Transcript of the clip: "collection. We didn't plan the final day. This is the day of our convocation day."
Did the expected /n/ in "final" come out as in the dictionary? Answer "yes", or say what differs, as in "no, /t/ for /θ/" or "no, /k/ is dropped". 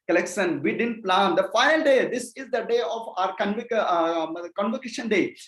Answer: no, /n/ is dropped